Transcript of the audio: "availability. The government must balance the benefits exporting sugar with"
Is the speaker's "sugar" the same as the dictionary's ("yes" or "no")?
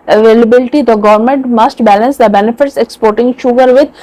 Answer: yes